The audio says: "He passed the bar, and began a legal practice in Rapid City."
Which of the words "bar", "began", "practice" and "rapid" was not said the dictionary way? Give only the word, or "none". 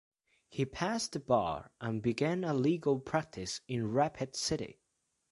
none